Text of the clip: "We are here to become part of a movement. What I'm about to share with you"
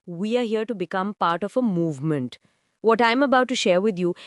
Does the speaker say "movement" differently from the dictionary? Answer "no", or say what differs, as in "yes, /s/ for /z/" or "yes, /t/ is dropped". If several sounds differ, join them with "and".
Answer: no